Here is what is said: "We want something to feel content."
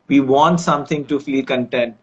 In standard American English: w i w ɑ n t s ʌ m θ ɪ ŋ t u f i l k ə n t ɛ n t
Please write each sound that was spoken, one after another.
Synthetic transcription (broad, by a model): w i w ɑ n t s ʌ m t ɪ ŋ t u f i k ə n t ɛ n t